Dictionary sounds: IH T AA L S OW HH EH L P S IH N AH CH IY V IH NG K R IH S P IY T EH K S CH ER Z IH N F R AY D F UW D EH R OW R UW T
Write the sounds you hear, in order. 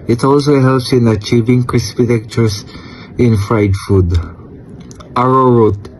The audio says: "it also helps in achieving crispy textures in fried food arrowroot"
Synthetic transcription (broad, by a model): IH T AA L S OW HH EH L P S IH N AH CH IY V IH NG K R IH S P IY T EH K CH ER S IH N F R AY D F UW D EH R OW R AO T